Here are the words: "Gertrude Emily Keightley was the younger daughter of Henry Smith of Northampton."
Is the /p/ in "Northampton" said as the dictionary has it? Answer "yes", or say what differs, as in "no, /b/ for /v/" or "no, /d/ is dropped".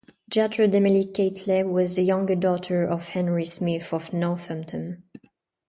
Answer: no, /p/ is dropped